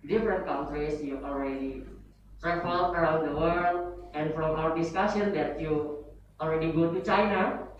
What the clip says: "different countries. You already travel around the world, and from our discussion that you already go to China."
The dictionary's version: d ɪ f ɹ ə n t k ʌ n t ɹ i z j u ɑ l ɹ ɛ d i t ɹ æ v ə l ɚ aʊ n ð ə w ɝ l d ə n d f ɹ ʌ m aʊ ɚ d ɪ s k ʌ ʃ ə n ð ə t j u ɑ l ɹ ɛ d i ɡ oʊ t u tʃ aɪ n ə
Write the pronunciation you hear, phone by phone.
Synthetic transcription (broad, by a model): d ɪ f ɹ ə n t k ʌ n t ɹ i s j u ɑ l ɹ ɛ d i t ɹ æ f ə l ɚ aʊ n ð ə w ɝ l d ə n f ɹ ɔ m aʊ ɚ d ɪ s k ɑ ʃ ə n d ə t j u ɑ l ɹ ɛ d i ɡ oʊ t u tʃ aɪ n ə